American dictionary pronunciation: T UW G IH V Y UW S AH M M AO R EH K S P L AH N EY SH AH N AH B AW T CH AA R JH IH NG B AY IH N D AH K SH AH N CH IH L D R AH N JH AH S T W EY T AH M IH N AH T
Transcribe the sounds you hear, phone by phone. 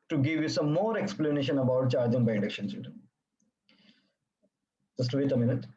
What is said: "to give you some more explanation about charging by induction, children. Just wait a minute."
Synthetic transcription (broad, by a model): T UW G IH V Y UW S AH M M AO R EH K S P L AH N EY SH AH N AH B AW T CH AA R JH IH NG B AY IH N D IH K SH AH N S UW D AH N JH AH S T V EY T AH M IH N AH T